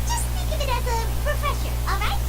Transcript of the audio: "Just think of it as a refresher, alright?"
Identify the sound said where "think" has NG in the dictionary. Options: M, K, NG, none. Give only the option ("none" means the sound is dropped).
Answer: none